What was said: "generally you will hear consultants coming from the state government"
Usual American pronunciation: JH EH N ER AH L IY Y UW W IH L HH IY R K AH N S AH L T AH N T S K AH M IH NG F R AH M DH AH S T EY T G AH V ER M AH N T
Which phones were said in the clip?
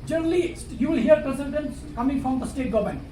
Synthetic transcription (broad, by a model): JH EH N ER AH L IY Y UW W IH L HH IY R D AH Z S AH N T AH N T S K AH M IH NG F R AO M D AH S T EY T G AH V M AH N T